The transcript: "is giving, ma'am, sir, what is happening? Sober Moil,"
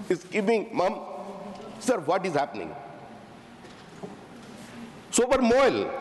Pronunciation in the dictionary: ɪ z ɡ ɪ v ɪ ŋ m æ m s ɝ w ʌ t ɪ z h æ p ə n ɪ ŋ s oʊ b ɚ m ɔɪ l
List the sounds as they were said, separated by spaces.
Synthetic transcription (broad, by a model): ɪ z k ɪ p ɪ ŋ m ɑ m s ɝ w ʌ t ɪ z h æ p ə n ɪ ŋ s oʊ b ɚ m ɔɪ l